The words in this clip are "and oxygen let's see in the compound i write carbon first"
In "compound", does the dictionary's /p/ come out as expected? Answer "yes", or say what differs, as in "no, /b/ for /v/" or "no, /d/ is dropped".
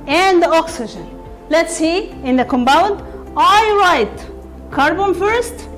no, /b/ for /p/